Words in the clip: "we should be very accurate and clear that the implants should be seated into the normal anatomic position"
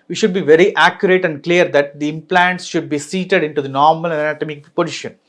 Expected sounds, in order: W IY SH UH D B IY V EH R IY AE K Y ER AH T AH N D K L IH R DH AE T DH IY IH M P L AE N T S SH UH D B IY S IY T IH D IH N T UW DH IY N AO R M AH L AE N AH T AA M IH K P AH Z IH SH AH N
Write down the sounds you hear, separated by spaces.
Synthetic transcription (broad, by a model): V IY SH UH D B IY V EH R IY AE K Y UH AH T AH N D K L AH R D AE T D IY IH M P L AE N T S SH UH D B IY S IY T IH D IH N T UW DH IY N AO R M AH L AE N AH T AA M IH K P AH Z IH SH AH N